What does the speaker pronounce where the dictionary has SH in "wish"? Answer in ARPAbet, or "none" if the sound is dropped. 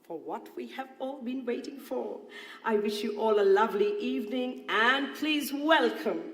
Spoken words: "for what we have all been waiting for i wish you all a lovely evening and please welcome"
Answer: SH